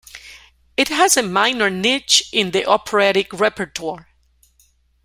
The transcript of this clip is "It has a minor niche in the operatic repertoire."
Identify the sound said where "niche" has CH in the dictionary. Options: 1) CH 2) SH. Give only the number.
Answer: 1